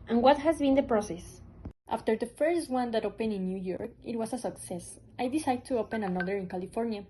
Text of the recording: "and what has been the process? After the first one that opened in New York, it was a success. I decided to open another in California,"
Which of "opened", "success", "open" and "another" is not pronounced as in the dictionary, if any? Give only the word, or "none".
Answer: opened